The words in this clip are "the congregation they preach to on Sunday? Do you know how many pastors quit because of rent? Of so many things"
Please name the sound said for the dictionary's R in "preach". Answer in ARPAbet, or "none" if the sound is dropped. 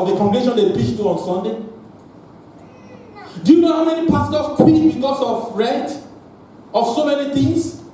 none